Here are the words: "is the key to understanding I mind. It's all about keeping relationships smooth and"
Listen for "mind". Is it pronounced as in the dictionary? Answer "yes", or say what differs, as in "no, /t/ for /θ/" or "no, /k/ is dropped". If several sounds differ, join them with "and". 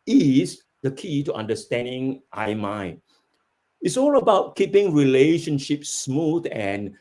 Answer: no, /d/ is dropped